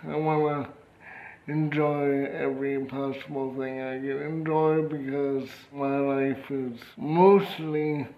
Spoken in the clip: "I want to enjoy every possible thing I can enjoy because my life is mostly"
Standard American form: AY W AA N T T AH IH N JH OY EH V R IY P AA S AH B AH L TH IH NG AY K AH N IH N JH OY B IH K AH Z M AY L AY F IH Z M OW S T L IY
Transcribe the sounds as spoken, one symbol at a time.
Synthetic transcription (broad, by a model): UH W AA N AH IH N JH OY EH V R IY P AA S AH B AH L TH IH NG AY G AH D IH N JH OY B IH K AH Z M AY L AY F IH Z M OW S T L IY